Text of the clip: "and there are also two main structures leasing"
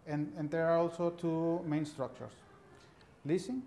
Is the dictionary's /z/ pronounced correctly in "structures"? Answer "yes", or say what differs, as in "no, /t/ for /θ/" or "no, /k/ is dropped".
no, /s/ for /z/